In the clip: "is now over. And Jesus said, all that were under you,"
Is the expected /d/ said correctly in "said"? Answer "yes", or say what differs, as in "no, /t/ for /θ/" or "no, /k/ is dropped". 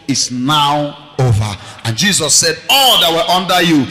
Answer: yes